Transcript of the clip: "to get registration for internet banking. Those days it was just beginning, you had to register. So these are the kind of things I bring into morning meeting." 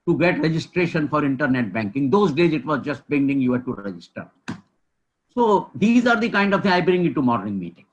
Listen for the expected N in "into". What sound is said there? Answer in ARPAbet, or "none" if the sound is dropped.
none